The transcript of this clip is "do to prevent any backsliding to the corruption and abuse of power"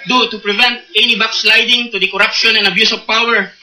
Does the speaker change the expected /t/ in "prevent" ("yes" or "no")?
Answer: no